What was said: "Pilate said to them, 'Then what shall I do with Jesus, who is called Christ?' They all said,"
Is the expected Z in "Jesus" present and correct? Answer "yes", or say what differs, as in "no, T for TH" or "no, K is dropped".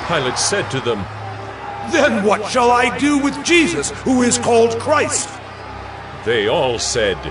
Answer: yes